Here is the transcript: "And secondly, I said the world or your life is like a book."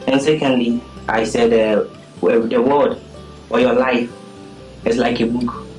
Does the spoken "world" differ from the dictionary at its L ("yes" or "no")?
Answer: yes